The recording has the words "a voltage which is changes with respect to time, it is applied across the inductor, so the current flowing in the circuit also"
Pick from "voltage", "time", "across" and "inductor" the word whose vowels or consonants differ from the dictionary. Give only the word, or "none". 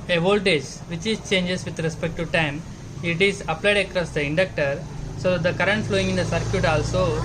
none